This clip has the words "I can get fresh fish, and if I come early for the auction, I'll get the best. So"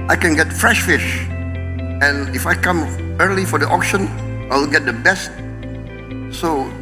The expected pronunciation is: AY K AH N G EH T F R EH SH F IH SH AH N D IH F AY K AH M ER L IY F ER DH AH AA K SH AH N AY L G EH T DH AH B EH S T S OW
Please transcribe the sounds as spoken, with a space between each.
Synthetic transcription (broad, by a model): AY K AH N G EH T F R EH SH F IH SH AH N IH F AY K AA M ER L IY F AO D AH AA K SH AH N AY L G EH T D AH B EH S T S OW